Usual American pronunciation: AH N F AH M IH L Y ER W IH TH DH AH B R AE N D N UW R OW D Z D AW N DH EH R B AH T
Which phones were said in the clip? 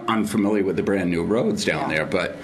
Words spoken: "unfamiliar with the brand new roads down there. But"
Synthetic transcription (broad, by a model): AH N F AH M IH L Y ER W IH DH AH B R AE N N UW R OW D Z D AW N DH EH R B AH T